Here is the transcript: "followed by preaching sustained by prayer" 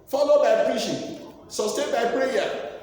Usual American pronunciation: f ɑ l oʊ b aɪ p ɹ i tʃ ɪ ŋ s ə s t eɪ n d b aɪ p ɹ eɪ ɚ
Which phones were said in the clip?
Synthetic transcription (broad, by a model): f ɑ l oʊ b aɪ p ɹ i ʃ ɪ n s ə s t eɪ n b aɪ p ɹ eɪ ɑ